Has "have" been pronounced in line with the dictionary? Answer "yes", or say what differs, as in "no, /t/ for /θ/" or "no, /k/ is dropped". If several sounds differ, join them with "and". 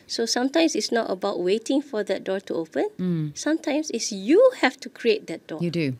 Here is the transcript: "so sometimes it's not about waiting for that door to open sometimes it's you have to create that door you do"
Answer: no, /f/ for /v/